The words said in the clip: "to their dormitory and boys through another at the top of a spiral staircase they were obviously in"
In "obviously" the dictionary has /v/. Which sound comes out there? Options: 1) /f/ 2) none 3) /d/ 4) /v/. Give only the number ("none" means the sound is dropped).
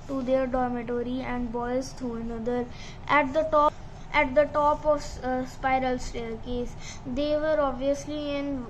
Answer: 4